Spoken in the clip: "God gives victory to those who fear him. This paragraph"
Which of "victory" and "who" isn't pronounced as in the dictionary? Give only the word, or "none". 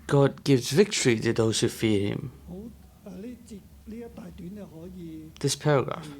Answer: none